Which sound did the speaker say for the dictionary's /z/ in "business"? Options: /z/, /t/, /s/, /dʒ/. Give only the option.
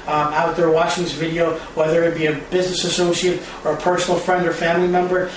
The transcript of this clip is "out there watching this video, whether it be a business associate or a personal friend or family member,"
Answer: /z/